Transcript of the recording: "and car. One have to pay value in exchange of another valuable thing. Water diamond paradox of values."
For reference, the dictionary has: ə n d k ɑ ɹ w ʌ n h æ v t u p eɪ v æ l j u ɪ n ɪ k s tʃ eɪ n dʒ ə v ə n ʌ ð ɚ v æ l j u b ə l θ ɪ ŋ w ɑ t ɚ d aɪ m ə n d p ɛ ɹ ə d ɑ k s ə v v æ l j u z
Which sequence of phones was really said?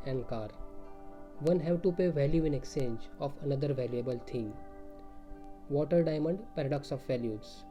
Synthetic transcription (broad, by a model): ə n d k ɑ ɹ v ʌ n h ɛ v t u p eɪ v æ l j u ɪ n ɪ k s tʃ eɪ n dʒ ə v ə n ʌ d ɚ v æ l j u b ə l t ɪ ŋ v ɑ t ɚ d aɪ m ə n d p ɛ ɹ ə d ɑ k s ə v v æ l j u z